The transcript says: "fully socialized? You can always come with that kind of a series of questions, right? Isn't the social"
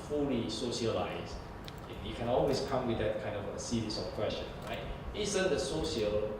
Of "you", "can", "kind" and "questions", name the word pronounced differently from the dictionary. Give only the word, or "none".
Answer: questions